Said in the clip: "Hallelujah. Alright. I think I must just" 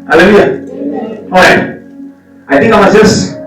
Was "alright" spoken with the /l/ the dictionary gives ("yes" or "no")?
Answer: no